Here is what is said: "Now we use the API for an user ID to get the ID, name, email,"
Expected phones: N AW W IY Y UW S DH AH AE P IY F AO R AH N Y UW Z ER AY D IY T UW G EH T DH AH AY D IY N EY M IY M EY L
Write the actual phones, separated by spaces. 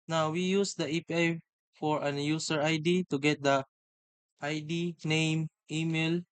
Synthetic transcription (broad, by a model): N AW W IY Y UW S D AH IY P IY F AO R AH N Y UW S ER AY D IY T UW G EH T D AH AY D IY N EY M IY M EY L